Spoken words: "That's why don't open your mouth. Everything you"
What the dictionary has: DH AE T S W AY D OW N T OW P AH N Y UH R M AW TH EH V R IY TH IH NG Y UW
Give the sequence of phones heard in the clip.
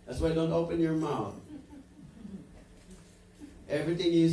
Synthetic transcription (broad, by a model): DH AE T S W AY D OW N T OW P AH N Y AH R M AW TH EH V R IY TH IH NG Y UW